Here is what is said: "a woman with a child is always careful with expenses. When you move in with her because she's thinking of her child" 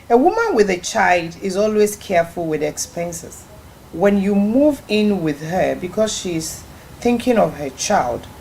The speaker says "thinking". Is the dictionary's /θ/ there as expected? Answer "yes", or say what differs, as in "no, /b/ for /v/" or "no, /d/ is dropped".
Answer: yes